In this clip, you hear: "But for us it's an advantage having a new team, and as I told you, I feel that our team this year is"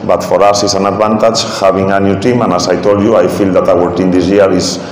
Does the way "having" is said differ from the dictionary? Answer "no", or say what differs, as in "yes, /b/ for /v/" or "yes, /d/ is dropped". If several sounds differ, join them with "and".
yes, /b/ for /v/